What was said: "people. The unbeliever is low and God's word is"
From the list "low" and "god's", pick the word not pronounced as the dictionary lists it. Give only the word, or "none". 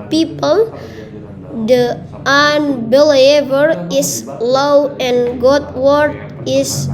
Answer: god's